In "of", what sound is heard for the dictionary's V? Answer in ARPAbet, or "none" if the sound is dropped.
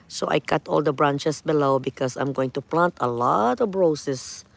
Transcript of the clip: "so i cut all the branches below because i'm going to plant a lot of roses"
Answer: B